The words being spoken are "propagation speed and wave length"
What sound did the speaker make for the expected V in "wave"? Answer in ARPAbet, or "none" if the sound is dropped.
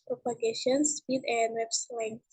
P